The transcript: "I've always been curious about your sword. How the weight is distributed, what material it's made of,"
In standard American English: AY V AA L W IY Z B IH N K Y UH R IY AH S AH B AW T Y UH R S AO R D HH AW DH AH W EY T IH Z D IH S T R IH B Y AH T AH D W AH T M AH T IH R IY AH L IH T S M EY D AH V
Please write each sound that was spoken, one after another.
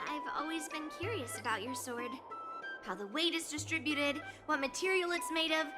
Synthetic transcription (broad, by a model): AY V AA L W IY Z B IH N K Y UH R IY AH S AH B AW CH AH R S AO R D HH AW DH AH W EY T IH Z D IH S T R IH B Y AH T AH D W AH T M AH T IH R IY L IH T S M EY D AH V